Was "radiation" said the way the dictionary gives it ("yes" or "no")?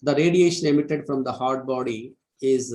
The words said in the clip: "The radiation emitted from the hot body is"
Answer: yes